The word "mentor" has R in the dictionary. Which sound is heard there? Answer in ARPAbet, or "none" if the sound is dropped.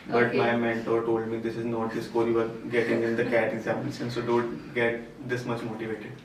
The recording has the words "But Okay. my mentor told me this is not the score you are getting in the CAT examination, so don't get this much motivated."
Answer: R